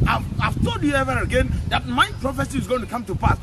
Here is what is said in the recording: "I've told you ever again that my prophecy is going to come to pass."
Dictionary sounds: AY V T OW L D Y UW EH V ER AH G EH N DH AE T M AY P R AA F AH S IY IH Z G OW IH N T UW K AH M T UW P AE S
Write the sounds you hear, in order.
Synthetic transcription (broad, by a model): AY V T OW D Y UW EH V ER AH G EH N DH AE T M AY P R AA F AH S IY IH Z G OW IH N T UW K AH M T UW P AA S